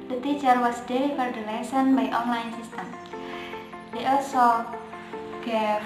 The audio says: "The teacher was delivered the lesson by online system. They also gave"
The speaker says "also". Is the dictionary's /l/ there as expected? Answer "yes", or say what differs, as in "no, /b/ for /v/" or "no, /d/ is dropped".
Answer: yes